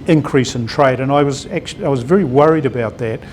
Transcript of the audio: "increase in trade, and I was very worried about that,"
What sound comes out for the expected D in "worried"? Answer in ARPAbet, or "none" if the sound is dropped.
D